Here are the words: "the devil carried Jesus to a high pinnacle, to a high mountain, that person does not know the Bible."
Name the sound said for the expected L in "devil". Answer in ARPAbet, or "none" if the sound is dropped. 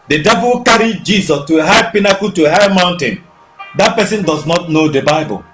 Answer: W